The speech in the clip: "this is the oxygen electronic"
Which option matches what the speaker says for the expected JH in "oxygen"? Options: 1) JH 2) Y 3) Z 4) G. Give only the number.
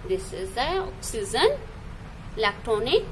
3